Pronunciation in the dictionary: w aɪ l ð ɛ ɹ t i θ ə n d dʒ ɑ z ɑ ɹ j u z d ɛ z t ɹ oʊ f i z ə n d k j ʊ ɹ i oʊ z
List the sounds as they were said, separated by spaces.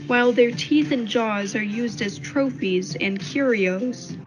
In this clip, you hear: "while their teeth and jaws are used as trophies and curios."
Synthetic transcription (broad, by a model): w aɪ l ð ɛ ɹ t i θ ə n dʒ ɑ z ɑ ɹ j u z d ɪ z t ɹ oʊ f i z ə n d k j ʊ ɹ i oʊ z